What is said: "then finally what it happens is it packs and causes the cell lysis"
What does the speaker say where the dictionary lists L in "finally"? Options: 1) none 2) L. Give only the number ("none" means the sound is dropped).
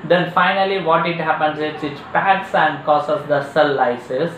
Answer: 2